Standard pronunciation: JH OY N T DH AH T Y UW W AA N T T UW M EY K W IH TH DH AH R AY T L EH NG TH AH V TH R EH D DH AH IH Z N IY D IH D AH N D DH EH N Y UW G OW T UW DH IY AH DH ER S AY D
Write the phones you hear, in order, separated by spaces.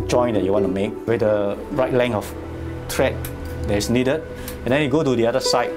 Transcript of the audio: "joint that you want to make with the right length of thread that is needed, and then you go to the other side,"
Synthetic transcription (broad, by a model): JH OY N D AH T Y UW W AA N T T UW M EY K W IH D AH R AY T L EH NG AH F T R EH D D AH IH S N IY D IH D AH N D EH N Y UW G OW T UW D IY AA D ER S AY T